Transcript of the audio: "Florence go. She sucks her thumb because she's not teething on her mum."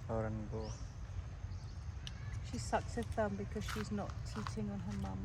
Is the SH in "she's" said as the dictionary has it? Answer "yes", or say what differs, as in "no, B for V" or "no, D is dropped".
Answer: yes